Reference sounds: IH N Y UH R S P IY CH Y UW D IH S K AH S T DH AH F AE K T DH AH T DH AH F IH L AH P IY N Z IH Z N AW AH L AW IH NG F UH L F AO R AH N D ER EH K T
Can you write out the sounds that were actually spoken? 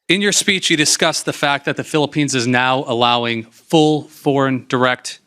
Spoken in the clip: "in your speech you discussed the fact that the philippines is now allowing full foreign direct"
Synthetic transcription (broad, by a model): IH N Y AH R S P IY CH Y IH D IH S K AH S DH AH F AE K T DH AH T DH AH F IH L AH P IY N Z IH Z N AW AH L AW IH NG F UH L F AO R AH N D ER EH K T